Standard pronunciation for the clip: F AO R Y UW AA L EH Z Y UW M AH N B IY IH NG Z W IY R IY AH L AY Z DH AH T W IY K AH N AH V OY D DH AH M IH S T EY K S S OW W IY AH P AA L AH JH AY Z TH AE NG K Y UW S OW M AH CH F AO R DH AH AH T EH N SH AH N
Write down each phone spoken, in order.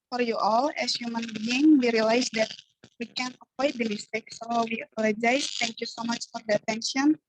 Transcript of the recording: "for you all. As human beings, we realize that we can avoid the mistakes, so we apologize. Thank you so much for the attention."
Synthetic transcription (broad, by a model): F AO R Y UW AA L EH S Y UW M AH N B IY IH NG W IY R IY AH L AY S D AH T W IY K AH N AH P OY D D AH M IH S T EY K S S OW W IY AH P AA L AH JH AY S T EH NG K Y UW S OW M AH CH F AO R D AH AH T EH N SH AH N